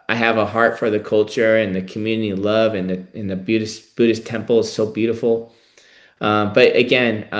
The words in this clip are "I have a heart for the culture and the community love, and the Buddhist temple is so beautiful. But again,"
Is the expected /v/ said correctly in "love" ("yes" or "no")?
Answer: yes